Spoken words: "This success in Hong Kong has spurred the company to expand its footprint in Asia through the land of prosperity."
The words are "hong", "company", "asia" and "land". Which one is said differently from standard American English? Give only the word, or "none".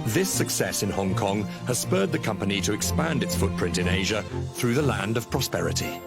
none